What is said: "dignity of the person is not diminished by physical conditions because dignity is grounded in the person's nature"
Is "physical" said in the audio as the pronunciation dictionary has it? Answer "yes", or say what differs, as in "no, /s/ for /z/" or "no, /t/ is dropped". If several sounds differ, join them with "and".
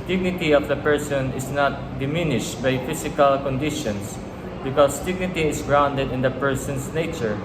no, /s/ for /z/